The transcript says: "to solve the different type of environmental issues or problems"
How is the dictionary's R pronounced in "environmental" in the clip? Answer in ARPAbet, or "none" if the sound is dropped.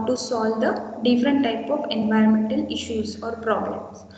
R